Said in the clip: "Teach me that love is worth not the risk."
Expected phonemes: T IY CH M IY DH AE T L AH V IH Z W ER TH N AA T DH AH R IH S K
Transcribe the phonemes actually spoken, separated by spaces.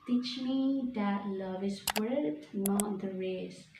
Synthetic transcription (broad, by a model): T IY CH M IY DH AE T L AH V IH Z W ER T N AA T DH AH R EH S